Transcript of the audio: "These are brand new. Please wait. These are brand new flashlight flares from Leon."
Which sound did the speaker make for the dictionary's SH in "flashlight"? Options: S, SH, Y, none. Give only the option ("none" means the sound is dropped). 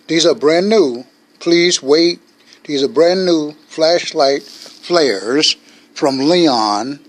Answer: SH